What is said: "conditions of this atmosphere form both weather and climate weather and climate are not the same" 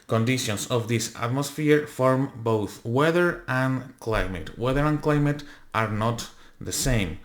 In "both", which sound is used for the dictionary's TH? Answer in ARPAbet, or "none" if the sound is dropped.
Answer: TH